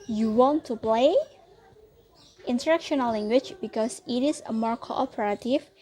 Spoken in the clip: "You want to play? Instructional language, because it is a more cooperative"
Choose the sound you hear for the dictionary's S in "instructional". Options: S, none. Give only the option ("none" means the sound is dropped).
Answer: none